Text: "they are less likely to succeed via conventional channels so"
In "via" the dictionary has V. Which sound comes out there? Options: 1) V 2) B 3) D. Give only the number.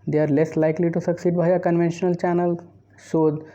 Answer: 2